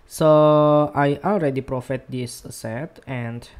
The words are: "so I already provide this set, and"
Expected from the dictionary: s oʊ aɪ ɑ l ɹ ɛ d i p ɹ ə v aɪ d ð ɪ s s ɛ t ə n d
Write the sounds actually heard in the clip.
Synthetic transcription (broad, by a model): s oʊ aɪ ɑ l ɹ ɛ d i p ɹ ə f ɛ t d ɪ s s ɛ t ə n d